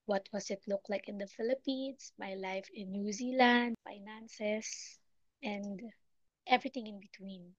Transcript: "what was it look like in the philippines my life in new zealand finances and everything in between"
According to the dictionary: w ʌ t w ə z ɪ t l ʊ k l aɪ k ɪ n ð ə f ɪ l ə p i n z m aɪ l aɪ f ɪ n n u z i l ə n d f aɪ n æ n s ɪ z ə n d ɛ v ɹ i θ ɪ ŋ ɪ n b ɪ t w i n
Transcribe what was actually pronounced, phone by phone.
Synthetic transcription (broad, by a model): w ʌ t w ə s ɪ t l ʊ k l aɪ k ɪ n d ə f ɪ l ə p i n s m aɪ l aɪ f ɪ n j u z i l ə n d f aɪ n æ n s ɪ s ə n d ɛ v ɹ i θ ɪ ŋ ɪ n b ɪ t w i n